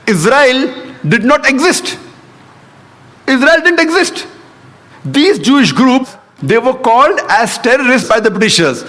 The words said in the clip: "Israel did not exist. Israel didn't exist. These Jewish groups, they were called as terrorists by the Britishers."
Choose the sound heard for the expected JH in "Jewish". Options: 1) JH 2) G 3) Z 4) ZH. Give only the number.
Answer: 1